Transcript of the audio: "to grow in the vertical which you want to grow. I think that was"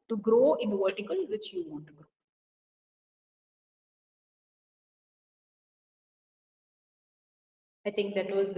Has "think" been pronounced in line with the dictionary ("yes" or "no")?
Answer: no